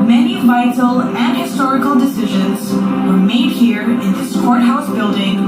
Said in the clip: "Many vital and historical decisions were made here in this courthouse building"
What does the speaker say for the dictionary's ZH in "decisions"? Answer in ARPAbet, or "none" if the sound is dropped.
ZH